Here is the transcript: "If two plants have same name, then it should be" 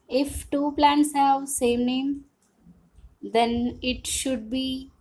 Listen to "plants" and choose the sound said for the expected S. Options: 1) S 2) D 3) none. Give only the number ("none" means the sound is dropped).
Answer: 1